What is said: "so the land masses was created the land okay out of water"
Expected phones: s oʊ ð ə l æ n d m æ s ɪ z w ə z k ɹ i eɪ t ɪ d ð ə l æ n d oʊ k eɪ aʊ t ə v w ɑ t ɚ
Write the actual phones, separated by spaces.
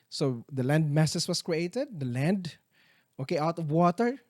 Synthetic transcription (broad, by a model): s oʊ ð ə l æ n d m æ s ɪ s w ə s k ɹ i eɪ t ɪ d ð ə l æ n d oʊ k eɪ aʊ t ə v w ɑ t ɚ